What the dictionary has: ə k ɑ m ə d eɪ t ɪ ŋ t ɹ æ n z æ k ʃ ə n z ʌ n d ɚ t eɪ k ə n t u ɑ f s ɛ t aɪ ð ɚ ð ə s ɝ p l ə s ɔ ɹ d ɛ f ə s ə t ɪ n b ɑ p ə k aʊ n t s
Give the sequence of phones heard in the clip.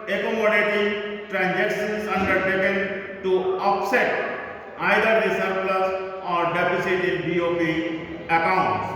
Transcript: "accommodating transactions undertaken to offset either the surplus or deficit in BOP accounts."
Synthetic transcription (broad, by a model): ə k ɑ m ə d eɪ t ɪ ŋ t ɹ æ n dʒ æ k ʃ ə n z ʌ n d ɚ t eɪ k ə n t u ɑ p s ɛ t aɪ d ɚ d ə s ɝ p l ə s ɔ ɹ d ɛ p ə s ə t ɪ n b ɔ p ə k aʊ n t s